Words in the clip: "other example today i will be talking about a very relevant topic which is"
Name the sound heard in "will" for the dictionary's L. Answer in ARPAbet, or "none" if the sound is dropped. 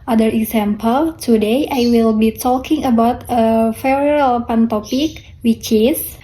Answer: L